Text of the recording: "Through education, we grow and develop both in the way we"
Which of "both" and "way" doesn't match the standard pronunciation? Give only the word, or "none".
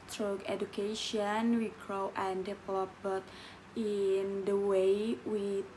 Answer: both